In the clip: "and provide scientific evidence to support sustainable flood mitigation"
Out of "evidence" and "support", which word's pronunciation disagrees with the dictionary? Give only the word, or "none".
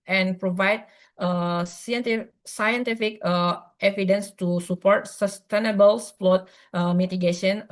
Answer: none